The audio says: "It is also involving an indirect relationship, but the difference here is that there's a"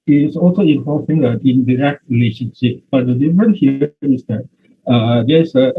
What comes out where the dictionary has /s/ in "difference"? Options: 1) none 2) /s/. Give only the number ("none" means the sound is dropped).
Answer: 1